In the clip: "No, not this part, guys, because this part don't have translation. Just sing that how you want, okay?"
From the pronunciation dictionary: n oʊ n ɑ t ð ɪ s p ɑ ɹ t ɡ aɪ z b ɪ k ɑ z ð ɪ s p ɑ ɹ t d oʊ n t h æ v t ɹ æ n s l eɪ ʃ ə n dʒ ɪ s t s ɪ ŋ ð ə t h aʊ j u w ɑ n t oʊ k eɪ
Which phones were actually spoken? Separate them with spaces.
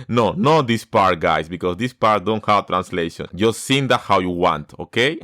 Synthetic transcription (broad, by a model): n oʊ n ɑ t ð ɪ s p ɑ ɹ t ɡ aɪ s b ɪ k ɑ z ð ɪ s p ɑ ɹ t d oʊ n t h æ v t ɹ æ n s l eɪ ʃ ə n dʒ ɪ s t s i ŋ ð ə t h aʊ j u w ɑ n t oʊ k eɪ